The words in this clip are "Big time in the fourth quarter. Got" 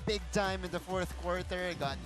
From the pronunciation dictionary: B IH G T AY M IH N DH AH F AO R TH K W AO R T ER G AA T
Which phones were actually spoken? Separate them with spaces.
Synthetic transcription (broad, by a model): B IH G T AY M IH N DH AH F AO R TH K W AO R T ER G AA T